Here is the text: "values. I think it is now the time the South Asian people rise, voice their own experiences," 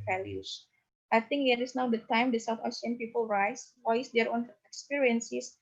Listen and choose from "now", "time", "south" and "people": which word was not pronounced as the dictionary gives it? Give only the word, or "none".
south